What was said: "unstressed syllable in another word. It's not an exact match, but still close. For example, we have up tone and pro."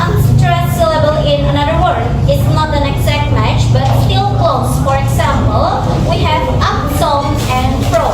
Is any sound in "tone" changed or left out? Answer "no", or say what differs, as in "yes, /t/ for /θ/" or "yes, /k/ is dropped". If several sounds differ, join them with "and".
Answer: yes, /s/ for /t/